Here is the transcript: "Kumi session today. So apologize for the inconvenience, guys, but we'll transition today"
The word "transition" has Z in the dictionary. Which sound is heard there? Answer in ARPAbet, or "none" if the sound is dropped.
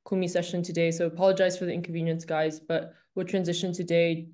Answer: Z